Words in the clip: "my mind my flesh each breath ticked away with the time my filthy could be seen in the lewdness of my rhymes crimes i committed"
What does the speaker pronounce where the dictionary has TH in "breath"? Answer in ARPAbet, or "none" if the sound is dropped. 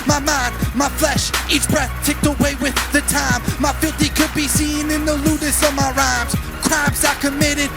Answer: TH